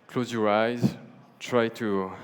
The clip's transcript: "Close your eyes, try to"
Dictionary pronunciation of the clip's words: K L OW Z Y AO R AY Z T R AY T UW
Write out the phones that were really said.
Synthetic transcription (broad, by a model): K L OW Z Y AO R AY Z T R AY T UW